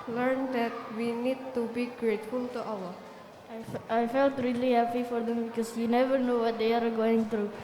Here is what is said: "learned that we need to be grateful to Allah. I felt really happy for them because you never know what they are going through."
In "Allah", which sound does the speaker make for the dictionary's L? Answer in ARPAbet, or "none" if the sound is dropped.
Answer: W